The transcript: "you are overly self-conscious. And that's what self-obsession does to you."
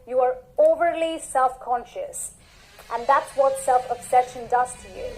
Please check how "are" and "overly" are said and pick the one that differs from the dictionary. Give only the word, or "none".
none